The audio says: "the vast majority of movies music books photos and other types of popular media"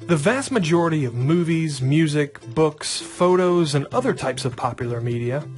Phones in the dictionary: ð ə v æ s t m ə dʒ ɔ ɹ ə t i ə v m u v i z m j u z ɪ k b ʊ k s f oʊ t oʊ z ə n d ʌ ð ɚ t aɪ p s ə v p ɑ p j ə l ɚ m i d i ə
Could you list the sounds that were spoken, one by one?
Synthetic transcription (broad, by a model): ð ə v æ s t m ə dʒ ɔ ɹ ə t i ə v m u v i z m j u z ɪ k b ʊ k s f oʊ t oʊ z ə n ʌ ð ɚ t aɪ p s ə v p ɑ p j l ɚ m i d i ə